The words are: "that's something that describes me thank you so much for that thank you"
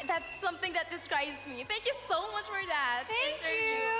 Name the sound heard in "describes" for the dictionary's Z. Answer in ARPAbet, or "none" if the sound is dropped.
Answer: Z